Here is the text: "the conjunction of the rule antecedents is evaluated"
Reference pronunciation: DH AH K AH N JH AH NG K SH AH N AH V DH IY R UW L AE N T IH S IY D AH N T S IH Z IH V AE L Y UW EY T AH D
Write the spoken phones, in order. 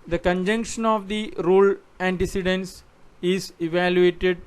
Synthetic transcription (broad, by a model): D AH K AH N JH AH NG K SH AH N AH V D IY R UW L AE N T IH S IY D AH N S IH Z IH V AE L Y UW EY T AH D